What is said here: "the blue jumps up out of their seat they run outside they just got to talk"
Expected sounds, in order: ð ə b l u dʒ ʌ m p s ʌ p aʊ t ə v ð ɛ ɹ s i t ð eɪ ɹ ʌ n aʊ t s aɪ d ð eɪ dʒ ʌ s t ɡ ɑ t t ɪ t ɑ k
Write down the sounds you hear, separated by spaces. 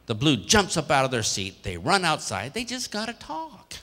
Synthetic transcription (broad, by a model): ð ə b l u dʒ ʌ m p s ʌ p aʊ t ə v ð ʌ ɹ s i t ð eɪ ɹ ʌ n aʊ t s aɪ d ð eɪ dʒ ʌ s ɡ ɑ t t ɪ t ɑ k